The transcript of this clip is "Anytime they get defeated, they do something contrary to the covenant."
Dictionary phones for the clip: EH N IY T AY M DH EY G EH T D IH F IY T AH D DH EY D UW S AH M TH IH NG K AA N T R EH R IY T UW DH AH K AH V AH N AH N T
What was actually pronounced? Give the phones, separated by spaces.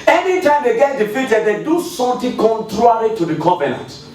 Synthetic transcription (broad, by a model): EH N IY T AY M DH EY G EH T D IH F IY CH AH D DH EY D UW S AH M T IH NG K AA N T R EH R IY T UW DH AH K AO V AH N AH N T